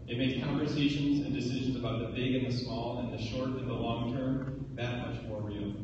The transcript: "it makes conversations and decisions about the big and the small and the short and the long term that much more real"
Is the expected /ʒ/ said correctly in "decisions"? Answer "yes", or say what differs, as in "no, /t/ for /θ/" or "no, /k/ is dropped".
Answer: yes